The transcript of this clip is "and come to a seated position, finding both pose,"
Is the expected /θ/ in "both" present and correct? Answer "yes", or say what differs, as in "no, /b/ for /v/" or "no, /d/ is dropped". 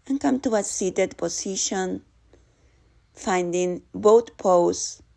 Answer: no, /t/ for /θ/